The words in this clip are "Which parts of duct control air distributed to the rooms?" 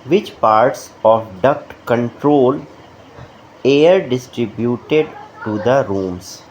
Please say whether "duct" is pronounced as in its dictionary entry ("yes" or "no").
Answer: yes